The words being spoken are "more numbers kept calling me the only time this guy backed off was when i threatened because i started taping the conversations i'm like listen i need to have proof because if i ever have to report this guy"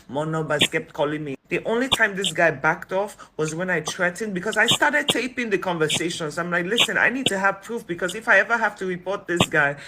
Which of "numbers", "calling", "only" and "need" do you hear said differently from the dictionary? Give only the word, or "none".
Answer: numbers